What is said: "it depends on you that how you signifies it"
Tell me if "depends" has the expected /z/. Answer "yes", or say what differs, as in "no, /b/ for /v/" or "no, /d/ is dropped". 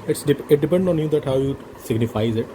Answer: no, /z/ is dropped